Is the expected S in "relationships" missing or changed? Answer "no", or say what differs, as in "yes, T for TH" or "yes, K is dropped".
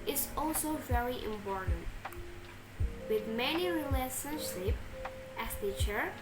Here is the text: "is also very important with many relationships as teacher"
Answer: yes, S is dropped